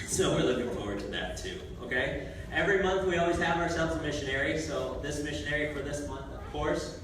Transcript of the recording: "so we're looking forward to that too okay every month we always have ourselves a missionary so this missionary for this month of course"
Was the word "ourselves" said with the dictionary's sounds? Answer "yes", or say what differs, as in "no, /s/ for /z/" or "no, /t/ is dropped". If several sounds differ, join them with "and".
yes